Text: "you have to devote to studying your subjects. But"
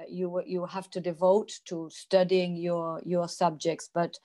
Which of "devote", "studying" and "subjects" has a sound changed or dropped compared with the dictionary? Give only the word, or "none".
none